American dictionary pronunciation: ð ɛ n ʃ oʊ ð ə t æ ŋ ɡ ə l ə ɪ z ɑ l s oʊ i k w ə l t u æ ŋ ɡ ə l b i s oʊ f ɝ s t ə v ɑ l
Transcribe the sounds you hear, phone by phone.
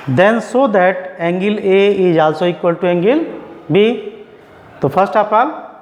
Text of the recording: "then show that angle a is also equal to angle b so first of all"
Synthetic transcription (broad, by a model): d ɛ n s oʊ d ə t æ ŋ ɡ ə l ə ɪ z ɑ l s oʊ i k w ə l t u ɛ ŋ ɡ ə l b i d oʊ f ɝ s t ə p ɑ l